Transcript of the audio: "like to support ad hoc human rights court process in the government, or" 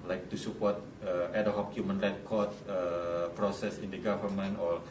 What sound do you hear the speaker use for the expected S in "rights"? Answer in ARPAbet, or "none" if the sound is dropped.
none